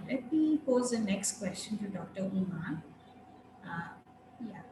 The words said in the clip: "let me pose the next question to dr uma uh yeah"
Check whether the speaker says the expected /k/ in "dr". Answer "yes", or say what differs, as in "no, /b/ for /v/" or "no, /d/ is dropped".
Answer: yes